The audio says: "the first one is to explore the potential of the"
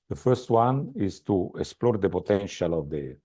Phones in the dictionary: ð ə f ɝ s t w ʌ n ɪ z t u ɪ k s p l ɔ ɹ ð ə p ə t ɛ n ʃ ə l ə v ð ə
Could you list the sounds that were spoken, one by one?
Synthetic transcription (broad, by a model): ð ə f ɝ s t w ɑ n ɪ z t u ɪ k s p l ɔ ɹ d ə p ə t ɛ n ʃ ə l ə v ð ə